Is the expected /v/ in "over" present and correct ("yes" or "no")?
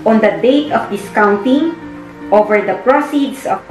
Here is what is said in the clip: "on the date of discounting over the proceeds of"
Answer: yes